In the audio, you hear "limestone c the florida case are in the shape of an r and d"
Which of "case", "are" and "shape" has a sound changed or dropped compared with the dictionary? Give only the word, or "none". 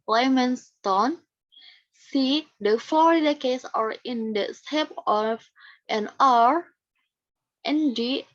shape